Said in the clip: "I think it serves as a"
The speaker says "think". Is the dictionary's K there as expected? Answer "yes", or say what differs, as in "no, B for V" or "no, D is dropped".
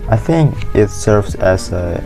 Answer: yes